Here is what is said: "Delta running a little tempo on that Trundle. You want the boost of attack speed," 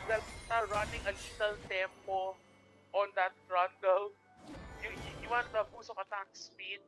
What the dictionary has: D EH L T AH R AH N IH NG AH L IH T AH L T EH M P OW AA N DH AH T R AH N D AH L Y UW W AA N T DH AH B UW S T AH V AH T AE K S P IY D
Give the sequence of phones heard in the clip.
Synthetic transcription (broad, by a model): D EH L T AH R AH N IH NG AH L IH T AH L T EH M P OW AA N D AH T R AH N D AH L Y UW W AA N T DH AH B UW S AH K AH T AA K S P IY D